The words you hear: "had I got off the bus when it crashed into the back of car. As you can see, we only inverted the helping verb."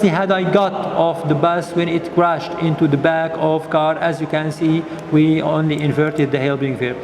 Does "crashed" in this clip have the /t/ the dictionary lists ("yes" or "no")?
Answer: yes